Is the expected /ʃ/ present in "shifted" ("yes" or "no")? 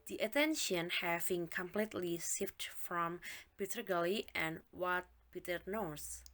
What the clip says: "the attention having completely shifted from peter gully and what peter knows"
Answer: no